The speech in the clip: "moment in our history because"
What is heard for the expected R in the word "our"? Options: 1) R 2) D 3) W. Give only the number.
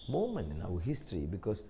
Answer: 3